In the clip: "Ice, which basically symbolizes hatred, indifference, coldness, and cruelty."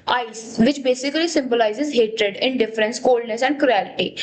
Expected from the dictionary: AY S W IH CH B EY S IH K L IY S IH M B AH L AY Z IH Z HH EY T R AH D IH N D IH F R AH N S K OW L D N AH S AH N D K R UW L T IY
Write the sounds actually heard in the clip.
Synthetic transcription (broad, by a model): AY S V IH CH B EY S IH K L IY S IH M B AH L AY Z IH Z HH EY T R AH D IH N D IH F R AH N S K OW L D N AH S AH N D K R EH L T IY